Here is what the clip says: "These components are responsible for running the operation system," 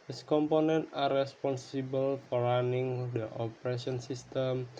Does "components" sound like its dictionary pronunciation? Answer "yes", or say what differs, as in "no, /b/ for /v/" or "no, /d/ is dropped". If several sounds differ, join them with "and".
no, /s/ is dropped